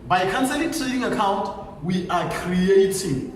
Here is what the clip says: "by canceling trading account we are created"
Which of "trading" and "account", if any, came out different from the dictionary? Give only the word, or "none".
trading